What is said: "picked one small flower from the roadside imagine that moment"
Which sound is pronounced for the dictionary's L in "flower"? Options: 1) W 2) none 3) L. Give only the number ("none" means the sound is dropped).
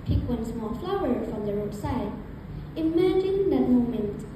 3